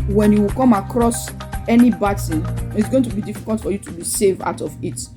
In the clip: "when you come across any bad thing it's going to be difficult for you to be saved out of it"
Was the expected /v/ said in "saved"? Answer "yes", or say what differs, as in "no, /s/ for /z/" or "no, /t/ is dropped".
yes